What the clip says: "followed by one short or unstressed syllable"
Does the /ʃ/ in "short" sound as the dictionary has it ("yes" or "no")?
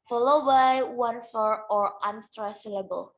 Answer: no